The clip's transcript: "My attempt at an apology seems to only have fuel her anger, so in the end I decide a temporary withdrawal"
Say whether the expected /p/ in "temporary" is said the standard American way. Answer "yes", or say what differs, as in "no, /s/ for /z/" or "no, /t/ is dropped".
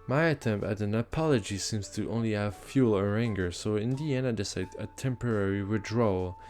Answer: yes